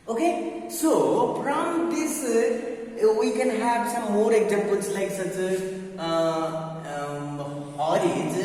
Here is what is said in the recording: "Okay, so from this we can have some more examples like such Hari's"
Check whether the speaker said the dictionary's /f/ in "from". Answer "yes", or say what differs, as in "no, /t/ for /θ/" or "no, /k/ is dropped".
no, /p/ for /f/